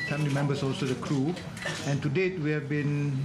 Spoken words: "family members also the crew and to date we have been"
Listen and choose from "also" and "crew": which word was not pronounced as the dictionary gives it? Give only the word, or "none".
none